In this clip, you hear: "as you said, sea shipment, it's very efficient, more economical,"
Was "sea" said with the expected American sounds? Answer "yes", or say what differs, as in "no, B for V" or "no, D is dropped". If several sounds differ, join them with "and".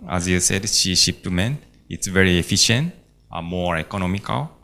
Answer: no, SH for S